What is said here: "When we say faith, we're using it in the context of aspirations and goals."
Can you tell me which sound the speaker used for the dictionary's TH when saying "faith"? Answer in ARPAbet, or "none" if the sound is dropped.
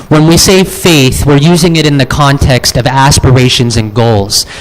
TH